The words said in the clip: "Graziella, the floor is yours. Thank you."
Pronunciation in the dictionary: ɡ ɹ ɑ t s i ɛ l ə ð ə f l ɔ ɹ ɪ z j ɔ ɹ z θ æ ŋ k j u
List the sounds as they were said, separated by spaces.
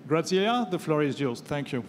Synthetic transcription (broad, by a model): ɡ ɹ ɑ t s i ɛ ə ð ə f l ɔ ɹ ɪ z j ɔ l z θ æ ŋ k j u